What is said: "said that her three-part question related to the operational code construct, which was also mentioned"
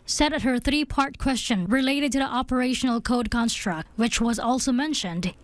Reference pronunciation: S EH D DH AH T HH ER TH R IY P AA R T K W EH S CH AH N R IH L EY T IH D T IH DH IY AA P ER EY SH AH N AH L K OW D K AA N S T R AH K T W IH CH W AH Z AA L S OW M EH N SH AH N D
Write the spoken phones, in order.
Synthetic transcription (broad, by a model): S EH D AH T HH ER TH R IY P AA R T K W EH S CH AH N R IH L EY T IH D T IH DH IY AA P ER EY SH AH N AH L K OW D K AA N S T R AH K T W IH CH W AH Z AA L S OW M EH N SH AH N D